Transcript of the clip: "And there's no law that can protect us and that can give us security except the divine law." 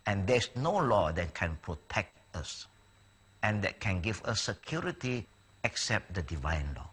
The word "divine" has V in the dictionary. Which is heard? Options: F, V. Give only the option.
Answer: V